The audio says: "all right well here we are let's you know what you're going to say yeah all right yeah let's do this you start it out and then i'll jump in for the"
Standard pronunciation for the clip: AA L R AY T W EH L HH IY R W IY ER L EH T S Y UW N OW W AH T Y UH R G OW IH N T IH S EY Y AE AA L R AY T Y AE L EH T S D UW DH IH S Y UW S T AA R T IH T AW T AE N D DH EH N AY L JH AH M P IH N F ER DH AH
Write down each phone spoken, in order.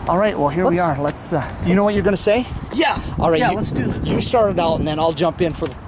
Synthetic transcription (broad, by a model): AA L R AY T W EH L HH IY R W IY ER L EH T S Y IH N OW W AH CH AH R G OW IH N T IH S EY Y AE AA L R AY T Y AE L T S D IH Y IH S T AA R T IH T AW T N DH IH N AY L JH AH M P IH N F ER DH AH